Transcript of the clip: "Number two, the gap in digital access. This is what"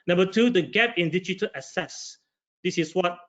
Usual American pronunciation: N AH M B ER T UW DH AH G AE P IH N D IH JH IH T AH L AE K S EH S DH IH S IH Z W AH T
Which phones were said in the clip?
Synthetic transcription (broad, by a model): N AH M B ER T UW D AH G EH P IH N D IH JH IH T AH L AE S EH S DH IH S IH S W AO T